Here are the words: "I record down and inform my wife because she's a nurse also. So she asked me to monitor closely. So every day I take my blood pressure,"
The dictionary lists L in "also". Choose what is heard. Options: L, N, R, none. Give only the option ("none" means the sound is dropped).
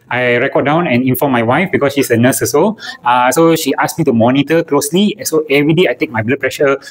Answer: none